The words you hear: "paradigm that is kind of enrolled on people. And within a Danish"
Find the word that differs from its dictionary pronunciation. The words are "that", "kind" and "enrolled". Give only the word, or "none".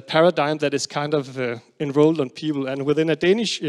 none